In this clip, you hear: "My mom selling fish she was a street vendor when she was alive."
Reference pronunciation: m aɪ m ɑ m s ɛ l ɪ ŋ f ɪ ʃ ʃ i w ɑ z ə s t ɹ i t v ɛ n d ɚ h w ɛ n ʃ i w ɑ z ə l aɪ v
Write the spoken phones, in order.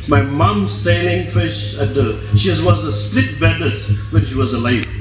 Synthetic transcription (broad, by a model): m aɪ m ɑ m s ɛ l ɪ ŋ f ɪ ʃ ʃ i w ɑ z ə s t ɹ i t b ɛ d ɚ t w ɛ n ʃ i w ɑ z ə l aɪ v